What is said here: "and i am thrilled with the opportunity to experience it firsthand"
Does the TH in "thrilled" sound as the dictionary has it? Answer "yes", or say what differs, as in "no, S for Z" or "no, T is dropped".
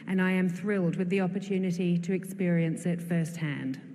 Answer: yes